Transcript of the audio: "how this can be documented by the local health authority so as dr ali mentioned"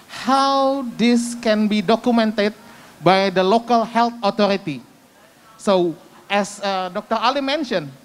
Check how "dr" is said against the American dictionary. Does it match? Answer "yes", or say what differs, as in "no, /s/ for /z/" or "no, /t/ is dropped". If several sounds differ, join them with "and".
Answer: yes